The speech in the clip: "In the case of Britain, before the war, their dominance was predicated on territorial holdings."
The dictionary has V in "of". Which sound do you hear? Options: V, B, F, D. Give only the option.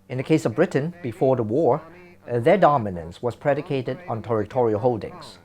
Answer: V